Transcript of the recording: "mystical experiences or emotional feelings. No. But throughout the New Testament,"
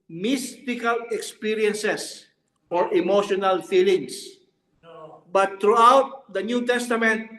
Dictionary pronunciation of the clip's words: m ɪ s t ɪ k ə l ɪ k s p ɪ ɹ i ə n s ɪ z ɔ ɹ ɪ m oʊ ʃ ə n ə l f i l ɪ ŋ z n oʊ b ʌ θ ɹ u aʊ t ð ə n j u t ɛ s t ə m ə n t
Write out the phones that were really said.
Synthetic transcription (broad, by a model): m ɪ s t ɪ k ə l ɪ k s p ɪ ɹ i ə n s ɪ s ɔ ɹ ɪ m oʊ ʃ ə n ə l f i l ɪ ŋ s b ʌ t ɹ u aʊ t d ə n j u t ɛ s t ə m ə n t